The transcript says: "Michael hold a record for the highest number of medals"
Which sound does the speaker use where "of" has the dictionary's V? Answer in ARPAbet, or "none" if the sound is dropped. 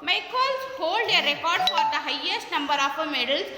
P